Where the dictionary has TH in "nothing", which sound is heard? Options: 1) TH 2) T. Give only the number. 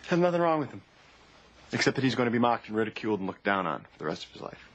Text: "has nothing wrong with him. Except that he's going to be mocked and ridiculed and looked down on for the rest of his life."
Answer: 1